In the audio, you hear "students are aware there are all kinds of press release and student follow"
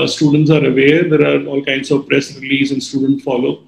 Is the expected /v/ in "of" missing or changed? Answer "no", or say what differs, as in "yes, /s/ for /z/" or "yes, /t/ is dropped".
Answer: no